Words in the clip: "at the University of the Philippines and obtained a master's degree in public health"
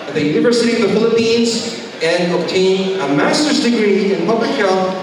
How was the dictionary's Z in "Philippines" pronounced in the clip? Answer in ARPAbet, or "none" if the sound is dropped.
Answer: Z